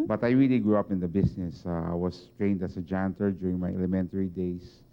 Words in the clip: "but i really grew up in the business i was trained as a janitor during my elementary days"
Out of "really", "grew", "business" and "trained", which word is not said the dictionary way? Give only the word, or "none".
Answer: business